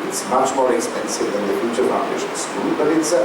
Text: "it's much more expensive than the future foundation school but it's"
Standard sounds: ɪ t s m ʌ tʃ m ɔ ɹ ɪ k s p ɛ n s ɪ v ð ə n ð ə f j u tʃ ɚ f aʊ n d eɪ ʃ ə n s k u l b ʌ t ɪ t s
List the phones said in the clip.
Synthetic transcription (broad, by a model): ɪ t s m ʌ tʃ m ɔ ɹ ɪ k s p ɛ n s ɪ v ð ə n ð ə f j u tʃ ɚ p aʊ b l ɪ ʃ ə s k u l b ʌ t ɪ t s